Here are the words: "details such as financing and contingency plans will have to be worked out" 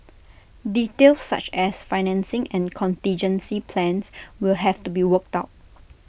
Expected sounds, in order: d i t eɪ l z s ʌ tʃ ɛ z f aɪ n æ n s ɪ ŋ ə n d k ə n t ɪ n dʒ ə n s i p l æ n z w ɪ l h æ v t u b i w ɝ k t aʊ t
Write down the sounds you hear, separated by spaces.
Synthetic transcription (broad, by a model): d i t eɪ l s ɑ tʃ ɛ s f aɪ n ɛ n s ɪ ŋ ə n k ə n t ɪ n dʒ ə n s i p l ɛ n s w ɪ l h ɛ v t u b i w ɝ k t aʊ t